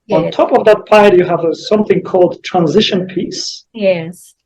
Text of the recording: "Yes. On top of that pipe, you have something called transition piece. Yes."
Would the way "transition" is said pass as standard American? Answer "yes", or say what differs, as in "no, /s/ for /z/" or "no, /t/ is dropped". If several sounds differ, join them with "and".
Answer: yes